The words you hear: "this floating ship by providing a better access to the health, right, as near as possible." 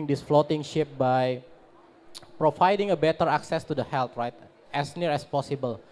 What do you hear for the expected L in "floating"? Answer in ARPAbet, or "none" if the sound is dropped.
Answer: L